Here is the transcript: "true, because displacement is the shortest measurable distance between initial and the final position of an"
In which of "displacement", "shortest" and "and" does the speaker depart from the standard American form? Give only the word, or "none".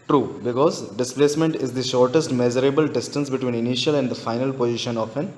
none